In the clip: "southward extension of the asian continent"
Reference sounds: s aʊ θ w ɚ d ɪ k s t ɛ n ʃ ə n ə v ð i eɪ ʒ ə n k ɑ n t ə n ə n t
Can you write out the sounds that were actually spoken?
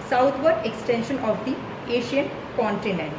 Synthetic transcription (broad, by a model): s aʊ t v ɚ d ɪ k s t ɛ n ʃ ə n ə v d i eɪ ʃ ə n k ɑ n t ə n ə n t